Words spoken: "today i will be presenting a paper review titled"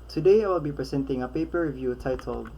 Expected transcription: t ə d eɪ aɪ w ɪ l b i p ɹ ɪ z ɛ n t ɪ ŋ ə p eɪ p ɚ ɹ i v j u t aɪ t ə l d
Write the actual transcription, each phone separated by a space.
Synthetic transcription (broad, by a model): t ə d eɪ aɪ w ɪ l b i p ɹ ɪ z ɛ n t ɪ ŋ ə p eɪ p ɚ ɹ i v j u t aɪ t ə l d